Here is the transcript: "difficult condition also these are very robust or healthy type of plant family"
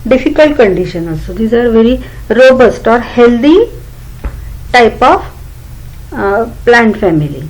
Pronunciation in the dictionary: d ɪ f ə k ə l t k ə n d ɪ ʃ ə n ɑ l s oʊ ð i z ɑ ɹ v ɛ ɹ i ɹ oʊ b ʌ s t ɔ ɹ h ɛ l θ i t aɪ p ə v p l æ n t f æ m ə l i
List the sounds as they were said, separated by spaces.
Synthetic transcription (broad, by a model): d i f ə k ə l t k ə n d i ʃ ə n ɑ s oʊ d i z ɑ ɹ v ɛ ɹ i ɹ oʊ b ʌ s t ɔ ɹ h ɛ l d i t aɪ p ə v p l æ n t f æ m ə l i